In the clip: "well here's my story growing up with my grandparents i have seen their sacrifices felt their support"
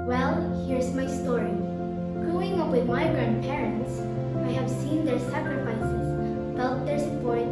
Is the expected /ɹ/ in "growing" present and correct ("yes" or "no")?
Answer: no